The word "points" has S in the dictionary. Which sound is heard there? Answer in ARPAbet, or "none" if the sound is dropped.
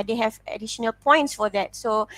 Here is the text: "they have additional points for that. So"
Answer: S